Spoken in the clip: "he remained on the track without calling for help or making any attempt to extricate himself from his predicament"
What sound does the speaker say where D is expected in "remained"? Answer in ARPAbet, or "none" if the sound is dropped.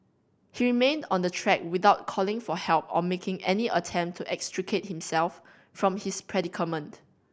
D